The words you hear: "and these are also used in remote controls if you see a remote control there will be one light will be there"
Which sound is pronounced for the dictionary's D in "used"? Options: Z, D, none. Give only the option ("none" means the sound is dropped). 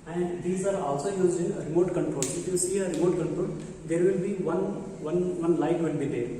none